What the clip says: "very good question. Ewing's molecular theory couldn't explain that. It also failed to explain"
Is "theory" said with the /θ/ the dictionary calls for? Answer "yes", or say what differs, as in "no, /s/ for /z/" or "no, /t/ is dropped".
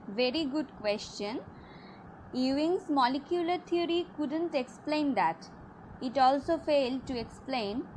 no, /t/ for /θ/